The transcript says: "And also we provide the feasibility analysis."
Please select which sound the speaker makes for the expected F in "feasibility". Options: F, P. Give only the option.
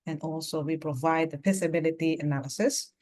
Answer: P